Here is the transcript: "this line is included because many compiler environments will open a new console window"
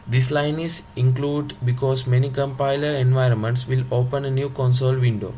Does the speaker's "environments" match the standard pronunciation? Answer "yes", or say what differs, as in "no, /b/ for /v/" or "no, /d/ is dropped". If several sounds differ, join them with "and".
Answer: yes